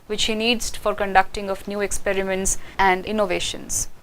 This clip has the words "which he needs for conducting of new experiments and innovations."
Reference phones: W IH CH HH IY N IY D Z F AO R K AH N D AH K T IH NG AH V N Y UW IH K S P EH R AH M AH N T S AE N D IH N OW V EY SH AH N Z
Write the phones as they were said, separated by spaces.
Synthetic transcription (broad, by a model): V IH CH HH IY N IY D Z F AO R K AH N D AH K T IH NG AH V N Y UW IH K S P EH R AH M AH N T S AE N D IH N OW V EY SH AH N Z